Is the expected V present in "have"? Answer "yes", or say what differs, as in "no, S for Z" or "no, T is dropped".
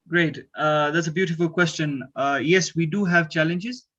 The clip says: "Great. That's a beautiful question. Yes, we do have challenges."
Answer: yes